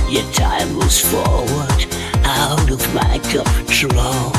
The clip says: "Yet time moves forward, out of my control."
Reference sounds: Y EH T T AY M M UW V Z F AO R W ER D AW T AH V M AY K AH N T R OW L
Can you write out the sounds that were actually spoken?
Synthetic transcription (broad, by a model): Y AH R T AY M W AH Z F AO R W ER D AW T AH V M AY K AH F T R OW